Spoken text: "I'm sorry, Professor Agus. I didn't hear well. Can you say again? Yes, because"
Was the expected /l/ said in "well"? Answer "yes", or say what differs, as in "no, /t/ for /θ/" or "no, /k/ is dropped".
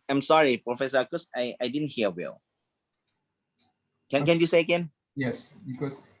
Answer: no, /n/ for /l/